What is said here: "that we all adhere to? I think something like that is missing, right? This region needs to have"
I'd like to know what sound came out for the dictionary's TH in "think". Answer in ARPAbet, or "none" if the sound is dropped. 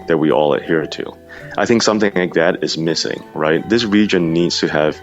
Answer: TH